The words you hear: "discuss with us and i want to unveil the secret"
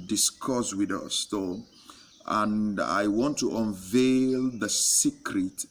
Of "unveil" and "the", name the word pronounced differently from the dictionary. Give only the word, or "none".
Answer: none